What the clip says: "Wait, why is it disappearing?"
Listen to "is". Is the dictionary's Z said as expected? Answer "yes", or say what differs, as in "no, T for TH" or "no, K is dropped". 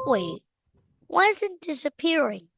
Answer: yes